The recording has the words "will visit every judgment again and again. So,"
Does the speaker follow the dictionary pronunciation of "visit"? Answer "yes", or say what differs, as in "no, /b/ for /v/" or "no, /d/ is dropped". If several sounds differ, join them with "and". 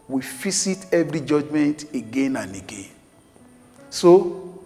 no, /s/ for /z/